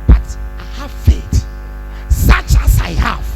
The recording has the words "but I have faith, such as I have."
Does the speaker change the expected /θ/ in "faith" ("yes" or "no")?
yes